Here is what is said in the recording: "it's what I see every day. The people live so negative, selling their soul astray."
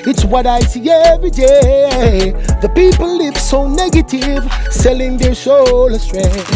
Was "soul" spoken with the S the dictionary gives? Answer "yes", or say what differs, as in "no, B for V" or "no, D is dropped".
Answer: no, SH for S